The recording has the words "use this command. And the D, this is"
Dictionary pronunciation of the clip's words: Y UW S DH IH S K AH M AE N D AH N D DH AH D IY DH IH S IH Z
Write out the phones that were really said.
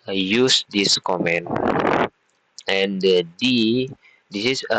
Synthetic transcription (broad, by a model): Y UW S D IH S K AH M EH N AH N D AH D IY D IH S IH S